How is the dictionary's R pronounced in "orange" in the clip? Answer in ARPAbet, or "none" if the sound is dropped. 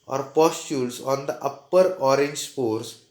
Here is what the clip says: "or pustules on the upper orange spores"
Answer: R